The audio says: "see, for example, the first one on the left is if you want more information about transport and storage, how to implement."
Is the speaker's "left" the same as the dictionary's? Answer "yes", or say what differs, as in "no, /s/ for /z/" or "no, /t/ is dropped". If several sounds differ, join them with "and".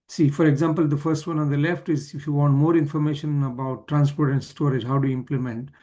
yes